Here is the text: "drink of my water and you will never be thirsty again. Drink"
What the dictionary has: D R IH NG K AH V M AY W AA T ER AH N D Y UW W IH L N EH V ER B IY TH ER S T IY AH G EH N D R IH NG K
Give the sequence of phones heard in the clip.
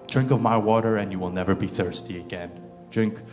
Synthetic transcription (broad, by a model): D R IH NG K AH V M AY W AA T ER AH N Y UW W IH L N EH V ER B IY TH ER S T IY AH G EH N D R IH NG K